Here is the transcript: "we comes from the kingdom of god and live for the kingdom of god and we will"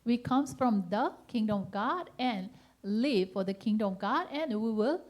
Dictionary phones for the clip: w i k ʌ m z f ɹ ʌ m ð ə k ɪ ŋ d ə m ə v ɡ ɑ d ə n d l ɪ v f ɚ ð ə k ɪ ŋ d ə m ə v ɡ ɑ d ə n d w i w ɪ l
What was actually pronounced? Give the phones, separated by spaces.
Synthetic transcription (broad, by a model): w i k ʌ m s f ɹ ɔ m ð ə k ɪ ŋ d ə m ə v ɡ ɑ d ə n l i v f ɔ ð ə k ɪ ŋ d ə m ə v ɡ ɑ d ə n w i w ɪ l